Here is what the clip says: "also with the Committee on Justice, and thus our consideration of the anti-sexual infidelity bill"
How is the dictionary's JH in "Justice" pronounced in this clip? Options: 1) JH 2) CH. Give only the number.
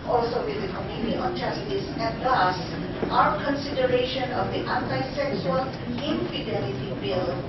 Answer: 2